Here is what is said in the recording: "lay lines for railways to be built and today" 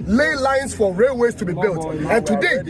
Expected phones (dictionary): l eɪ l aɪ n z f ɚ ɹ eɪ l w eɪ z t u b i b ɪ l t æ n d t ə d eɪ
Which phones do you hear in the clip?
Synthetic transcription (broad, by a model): l eɪ l aɪ n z f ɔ ɹ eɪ l w eɪ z t u b i b ɪ l t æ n t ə d eɪ